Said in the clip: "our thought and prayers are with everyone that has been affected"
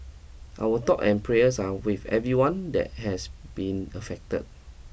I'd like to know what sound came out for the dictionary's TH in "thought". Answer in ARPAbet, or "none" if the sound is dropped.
T